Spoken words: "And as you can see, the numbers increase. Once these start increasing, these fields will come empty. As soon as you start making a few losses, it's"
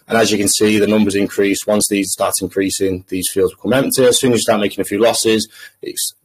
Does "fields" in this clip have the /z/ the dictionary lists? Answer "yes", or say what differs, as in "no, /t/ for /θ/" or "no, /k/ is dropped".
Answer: yes